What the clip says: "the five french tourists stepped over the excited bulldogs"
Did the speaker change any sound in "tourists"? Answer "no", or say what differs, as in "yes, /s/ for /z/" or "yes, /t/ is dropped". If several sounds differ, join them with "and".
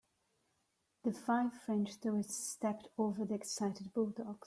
yes, /ɹ/ is dropped